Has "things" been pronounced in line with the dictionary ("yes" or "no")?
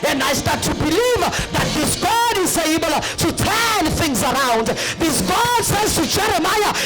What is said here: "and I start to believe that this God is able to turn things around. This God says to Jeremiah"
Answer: yes